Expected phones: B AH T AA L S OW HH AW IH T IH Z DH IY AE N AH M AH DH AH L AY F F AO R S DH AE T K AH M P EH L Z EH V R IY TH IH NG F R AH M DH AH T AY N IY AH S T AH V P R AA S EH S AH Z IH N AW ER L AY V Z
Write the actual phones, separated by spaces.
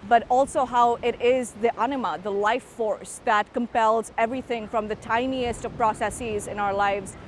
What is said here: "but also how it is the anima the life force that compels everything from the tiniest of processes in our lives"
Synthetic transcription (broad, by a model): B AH T AA L S OW HH AW IH T IH Z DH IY AE N AH M AH DH AH L AY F F AO R S DH AE T K AH M P EH L Z EH V R IY TH IH NG F R AH M DH AH T AY N IY AH S T AH V P R AA S EH S AH Z IH N AW ER L AY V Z